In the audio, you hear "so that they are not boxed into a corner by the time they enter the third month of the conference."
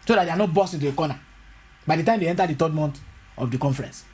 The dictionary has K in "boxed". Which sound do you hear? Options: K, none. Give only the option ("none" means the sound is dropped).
none